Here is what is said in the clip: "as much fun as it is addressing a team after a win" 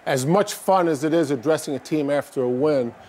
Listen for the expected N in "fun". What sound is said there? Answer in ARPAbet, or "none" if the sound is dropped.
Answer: N